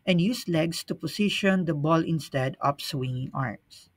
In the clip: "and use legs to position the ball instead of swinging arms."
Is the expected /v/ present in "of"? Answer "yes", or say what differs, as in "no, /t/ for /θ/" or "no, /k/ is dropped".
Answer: no, /p/ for /v/